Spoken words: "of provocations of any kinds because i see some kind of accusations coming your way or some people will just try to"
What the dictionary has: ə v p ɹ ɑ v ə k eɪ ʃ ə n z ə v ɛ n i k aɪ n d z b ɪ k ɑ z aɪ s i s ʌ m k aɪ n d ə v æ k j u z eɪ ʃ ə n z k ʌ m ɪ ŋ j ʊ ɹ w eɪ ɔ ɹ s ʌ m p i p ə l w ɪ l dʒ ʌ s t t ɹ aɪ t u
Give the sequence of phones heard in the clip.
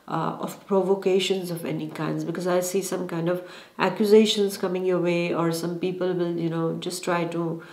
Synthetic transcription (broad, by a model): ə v p ɹ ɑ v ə k eɪ ʃ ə n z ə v ɛ n i k aɪ n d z b ɪ k ɑ z aɪ s i s ʌ m k aɪ n d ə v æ k j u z eɪ ʃ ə n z k ʌ m ɪ ŋ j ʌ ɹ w eɪ ɔ ɹ s ʌ m p i p ə l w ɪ l dʒ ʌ s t t ɹ aɪ t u